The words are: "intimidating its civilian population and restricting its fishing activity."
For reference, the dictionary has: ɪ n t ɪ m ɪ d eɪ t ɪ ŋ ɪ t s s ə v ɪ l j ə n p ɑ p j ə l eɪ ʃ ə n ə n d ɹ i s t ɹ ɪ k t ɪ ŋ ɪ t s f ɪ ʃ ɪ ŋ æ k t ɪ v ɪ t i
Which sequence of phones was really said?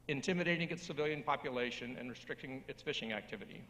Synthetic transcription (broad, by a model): ɪ n t ɪ m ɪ d eɪ t ɪ ŋ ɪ t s s ə v ɪ l j ə n p ɑ p j ə l eɪ ʃ ə n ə n ɹ i s t ɹ ɪ k t ɪ ŋ ɪ t s f ɪ ʃ ɪ ŋ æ k t ɪ v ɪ t i